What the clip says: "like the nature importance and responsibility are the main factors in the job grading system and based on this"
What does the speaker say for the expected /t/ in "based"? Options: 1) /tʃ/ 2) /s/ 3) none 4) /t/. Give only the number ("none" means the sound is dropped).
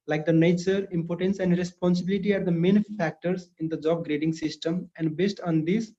4